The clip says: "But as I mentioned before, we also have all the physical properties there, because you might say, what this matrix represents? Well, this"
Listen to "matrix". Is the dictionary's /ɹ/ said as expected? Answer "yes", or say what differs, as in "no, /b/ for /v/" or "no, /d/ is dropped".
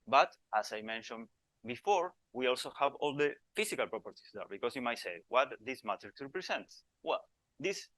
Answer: no, /ɹ/ is dropped